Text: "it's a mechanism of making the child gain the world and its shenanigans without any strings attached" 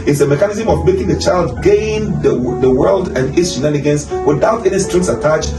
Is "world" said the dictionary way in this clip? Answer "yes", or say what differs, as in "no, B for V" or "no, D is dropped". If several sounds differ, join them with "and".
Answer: yes